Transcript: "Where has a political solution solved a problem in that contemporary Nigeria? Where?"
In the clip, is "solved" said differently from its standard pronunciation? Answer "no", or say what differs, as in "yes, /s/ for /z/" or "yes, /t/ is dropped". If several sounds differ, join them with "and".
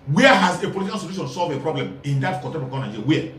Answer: yes, /d/ is dropped